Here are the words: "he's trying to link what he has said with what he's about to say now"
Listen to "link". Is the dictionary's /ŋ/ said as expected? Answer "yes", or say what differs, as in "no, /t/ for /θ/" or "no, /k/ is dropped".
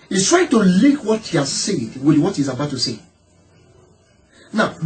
no, /ŋ/ is dropped